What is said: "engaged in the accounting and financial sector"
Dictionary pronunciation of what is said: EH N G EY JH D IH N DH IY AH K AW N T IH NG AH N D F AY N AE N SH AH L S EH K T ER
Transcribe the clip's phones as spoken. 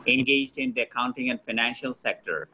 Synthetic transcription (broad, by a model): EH N G EY JH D IH N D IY AH K AW N T IH NG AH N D F AY N AE N SH AH L S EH K T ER